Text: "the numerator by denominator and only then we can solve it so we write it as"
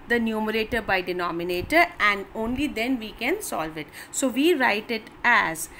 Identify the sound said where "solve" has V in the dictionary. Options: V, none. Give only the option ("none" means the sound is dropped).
V